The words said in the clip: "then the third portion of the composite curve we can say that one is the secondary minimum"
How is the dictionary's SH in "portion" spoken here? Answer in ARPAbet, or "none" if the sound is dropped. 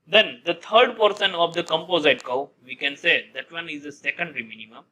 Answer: S